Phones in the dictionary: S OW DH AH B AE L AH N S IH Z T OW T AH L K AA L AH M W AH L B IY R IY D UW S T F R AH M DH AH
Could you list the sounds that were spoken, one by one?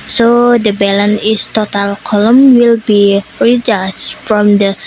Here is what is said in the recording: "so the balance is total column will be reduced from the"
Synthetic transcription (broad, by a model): S OW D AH B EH L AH N IH S T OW T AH L K AA L AH M W AH L B IY R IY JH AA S F R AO M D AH